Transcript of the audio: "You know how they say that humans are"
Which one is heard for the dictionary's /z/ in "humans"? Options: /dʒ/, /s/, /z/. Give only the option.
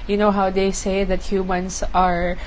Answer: /s/